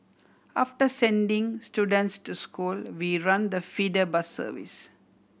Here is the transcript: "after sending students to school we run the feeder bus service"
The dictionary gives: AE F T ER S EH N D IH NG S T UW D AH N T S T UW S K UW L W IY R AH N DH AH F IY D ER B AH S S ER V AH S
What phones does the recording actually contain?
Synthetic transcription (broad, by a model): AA F T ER S EH N D IH NG S T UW D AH N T S T UW S K UW L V IY R AH N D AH F IY D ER B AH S S ER V AH S